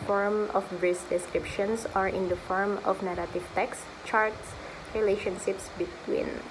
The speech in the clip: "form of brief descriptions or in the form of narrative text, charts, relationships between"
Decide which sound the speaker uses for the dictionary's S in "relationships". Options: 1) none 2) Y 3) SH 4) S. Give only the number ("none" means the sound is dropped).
4